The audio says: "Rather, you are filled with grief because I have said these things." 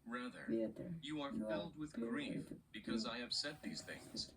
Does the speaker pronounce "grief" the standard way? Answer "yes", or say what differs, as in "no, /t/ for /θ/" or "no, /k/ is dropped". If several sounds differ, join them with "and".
yes